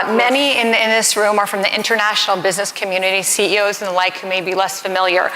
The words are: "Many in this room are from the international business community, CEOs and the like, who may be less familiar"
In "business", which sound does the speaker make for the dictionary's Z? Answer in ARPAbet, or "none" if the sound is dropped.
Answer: Z